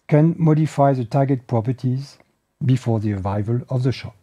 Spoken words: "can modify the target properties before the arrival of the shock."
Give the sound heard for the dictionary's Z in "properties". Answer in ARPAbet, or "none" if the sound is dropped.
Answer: Z